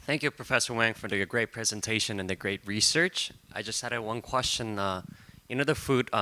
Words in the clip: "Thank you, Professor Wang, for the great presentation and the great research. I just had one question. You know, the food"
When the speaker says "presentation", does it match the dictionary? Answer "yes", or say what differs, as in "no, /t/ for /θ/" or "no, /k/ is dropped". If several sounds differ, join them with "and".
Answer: yes